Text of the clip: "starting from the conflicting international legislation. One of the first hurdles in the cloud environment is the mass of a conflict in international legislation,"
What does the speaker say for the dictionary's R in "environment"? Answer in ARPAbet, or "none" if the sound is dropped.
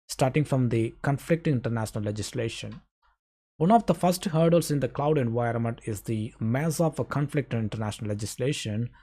R